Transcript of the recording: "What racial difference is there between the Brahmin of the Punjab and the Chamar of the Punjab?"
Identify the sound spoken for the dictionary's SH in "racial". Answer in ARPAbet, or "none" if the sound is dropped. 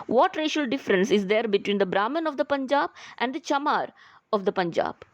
SH